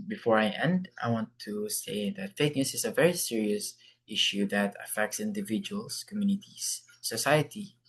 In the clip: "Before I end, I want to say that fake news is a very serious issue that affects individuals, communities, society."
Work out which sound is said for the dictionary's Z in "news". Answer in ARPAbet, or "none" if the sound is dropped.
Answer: S